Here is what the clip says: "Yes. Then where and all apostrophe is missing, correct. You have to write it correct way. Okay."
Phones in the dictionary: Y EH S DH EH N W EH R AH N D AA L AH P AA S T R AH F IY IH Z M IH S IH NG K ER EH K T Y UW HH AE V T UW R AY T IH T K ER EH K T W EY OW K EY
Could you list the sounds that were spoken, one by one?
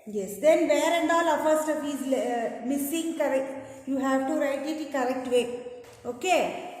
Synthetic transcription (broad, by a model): Y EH S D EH N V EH R AH N D AA L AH F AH S T AH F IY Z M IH S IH NG K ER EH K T Y UW HH AE V T UW R AY T IH T K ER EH K T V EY OW K EY